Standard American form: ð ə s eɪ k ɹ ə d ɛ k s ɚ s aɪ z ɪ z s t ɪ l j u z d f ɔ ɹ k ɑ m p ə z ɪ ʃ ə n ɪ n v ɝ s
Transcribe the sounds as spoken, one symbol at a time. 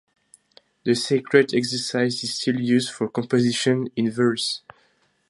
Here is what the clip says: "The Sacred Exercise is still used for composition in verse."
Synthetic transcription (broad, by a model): ð ə s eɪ k ɹ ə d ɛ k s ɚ s aɪ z ɪ z s t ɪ l j u z d f ɔ ɹ k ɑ m p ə z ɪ ʃ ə n ɪ n v ɝ s